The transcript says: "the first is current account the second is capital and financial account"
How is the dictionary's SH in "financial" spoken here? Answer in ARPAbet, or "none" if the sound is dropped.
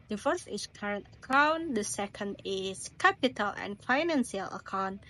S